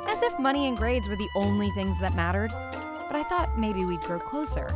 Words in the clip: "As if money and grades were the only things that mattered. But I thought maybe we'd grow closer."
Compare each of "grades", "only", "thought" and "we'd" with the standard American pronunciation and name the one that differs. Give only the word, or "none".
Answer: none